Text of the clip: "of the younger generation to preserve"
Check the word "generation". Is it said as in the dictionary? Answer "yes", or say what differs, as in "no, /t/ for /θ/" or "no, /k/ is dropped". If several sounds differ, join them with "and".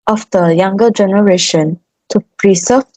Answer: yes